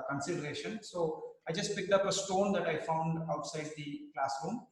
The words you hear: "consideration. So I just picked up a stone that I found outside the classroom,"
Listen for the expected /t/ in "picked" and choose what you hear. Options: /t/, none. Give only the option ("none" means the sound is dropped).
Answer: /t/